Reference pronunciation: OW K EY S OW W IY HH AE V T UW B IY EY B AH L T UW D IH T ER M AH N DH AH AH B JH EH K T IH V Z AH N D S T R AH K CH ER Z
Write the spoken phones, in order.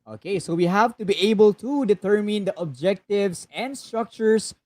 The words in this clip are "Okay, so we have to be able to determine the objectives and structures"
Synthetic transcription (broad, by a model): OW K EY S OW W IY HH AE V T UW B IY EY B AH L T UW D IH T ER M AH N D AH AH B JH EH K T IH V S AH N D S T R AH K CH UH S